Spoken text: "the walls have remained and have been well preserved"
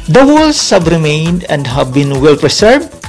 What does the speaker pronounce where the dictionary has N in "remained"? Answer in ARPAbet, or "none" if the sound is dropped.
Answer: N